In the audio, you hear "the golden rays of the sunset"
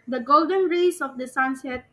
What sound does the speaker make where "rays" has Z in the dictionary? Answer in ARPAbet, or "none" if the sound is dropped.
S